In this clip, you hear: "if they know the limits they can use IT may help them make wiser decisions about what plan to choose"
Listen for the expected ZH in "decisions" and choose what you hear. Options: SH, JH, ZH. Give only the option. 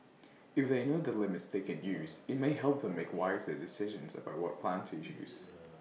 ZH